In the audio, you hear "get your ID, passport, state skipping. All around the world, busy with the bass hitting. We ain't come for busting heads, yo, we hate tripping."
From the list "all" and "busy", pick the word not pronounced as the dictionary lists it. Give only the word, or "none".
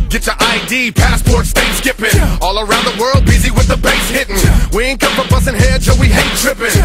none